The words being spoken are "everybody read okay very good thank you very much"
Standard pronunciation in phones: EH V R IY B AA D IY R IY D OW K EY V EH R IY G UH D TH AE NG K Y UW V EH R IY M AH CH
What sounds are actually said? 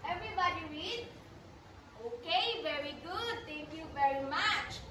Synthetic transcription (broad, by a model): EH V R IY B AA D IY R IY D OW K EY V EH R IY G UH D T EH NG K Y UW V EH R IY M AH CH